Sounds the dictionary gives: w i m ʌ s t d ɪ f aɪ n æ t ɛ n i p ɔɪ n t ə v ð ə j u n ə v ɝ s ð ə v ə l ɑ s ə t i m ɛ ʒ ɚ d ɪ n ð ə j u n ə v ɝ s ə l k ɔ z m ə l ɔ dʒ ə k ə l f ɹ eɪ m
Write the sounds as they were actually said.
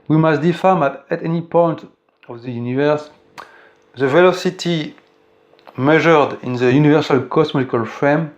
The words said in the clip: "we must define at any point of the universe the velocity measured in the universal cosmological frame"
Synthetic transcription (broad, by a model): w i m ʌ s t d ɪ f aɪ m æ t ɛ n i p ɔɪ n t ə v ð ə j u n ə v ɝ s ð ə v ə l ɑ s ə t i m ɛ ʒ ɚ d ɪ n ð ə j u n ə v ɝ s ə l k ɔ s m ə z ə k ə l f ɹ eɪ m